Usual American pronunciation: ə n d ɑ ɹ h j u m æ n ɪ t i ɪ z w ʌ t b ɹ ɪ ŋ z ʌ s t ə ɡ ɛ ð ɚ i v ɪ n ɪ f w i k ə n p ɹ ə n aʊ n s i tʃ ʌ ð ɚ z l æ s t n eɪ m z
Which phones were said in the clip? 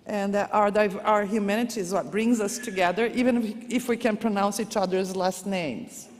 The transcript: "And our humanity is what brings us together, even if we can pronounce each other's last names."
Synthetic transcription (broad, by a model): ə n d ɑ ɹ h j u m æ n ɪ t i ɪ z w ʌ t b ɹ ɪ ŋ z ʌ s t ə ɡ ɛ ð ɚ i v ɪ n ɪ f w i k ə n p ɹ ə n aʊ n s i tʃ ʌ ð ɚ z l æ s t n eɪ m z